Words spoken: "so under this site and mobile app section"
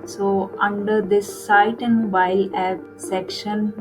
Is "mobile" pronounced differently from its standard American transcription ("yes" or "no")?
yes